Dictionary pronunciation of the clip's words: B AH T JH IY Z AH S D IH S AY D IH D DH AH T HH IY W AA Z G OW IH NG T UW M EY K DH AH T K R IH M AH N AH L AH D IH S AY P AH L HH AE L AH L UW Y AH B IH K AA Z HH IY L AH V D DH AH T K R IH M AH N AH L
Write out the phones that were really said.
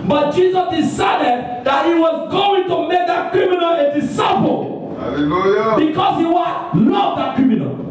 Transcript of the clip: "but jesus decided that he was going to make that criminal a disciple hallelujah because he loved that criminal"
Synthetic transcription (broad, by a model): B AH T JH IY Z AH S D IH S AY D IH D DH AH T HH IY W AA Z G OW IH NG T UW M EY K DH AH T K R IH M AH N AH L AH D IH S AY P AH L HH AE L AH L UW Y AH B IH K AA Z HH IY W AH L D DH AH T K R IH M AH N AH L